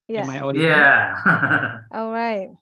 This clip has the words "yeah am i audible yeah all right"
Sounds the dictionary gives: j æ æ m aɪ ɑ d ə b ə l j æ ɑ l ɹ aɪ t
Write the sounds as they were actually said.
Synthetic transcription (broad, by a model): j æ æ m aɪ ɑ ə ə j æ ɑ l ɹ aɪ t